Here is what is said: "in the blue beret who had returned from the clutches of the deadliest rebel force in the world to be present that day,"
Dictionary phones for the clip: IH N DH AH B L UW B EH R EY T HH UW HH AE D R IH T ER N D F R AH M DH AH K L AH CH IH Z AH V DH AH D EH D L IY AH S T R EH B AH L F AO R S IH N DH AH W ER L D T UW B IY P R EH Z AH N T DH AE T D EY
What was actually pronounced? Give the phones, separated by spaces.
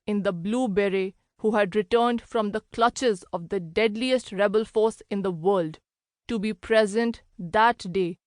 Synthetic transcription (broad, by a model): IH N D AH B L UW B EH R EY HH UW HH AE D R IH T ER N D F R AH M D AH K L AH CH IH Z AH V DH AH D EH D L IY AH S T R EH B AH L F AO R S IH N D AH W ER L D T UW B IY P R EH Z AH N T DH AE T D EY